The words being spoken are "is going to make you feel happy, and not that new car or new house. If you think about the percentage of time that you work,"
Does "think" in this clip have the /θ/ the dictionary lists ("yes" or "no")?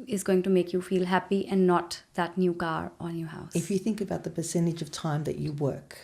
yes